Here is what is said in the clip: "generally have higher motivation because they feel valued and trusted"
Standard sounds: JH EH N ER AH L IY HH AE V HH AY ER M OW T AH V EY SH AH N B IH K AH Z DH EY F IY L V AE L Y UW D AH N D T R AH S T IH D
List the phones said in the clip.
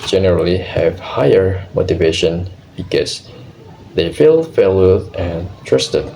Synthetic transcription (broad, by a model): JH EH N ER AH L IY HH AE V HH AY ER M OW T AH V EY SH AH N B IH K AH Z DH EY F IY L F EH L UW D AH N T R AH S T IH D